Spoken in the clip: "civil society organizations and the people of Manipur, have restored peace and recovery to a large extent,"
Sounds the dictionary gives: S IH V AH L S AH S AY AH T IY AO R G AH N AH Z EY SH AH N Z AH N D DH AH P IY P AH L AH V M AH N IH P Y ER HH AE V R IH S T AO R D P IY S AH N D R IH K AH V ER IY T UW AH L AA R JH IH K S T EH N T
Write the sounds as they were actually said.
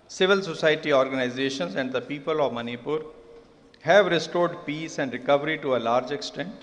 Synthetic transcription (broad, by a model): S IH V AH L S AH S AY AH T IY AO R G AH N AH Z EY SH AH N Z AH N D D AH P IY P AH L AH V M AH N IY P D HH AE V R IH S T AO R D P IY S AH N D R IH K AH V ER IY T UW AH L AA R JH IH K S T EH N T